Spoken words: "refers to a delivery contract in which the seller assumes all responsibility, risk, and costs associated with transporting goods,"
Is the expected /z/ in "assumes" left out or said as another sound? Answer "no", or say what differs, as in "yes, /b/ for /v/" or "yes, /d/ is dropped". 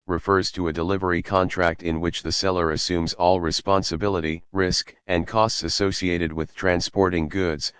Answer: no